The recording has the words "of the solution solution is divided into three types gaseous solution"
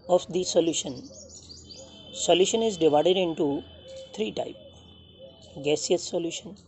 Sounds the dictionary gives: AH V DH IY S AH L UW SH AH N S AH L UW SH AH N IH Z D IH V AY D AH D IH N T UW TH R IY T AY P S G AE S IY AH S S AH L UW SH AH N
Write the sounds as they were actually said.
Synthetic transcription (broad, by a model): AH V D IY S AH L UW SH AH N S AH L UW SH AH N IH Z D IH V AY D AH D IH N T UW T R IY T AY P G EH S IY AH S S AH L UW SH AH N